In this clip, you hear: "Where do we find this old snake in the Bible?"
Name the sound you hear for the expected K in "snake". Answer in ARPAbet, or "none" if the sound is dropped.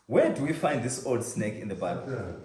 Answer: K